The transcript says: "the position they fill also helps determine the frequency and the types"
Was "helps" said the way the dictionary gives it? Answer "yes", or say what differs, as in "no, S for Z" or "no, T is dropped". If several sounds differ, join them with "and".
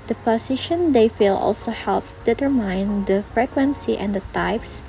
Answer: no, S is dropped